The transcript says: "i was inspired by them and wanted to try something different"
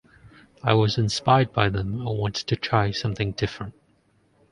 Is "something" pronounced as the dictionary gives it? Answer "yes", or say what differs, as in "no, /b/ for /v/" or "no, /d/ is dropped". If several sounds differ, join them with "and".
yes